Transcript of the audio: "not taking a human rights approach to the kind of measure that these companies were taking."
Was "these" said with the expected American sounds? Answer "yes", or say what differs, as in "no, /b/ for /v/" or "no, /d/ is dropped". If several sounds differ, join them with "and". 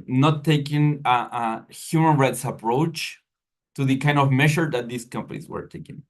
no, /s/ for /z/